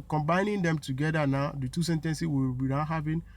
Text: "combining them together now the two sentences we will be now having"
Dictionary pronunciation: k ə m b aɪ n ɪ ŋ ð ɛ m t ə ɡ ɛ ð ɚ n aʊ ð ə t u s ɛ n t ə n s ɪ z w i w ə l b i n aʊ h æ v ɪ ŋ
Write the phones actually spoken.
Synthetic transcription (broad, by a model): k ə m b aɪ n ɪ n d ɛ m t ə ɡ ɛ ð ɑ n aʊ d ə t u s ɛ n t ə n s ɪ w i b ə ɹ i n h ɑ v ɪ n